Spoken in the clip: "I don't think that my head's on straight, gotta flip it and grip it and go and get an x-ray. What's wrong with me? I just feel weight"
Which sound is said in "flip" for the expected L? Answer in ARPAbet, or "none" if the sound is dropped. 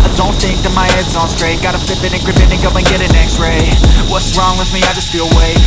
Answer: none